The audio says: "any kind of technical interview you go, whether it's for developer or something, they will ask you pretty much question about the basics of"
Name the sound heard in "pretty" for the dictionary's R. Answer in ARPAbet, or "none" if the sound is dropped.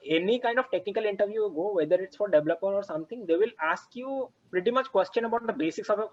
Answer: R